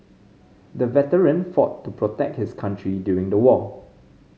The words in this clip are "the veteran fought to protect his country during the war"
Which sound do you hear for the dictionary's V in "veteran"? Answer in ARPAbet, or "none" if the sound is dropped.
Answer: V